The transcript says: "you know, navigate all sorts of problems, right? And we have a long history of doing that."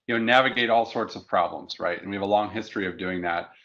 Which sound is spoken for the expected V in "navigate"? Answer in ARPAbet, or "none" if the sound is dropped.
V